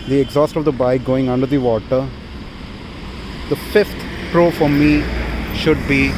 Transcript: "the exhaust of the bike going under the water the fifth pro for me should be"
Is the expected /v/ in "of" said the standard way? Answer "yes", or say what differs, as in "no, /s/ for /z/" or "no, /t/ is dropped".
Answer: yes